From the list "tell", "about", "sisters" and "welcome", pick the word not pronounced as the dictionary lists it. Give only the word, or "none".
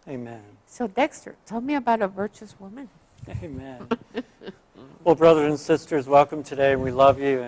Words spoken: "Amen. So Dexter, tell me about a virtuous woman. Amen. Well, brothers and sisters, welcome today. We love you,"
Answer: none